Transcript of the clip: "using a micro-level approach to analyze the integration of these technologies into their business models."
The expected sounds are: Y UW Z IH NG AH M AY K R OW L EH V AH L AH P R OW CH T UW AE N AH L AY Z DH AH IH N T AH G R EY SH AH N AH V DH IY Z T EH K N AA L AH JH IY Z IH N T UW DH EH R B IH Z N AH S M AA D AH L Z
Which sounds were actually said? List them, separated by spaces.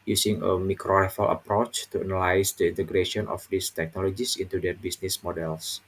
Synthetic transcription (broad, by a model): Y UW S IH NG AH M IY K R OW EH F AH L AH P R OW CH T UW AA N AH L AY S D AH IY N T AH G R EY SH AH N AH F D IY S T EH K N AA L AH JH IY S IH N T UW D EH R B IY S N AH S M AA D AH L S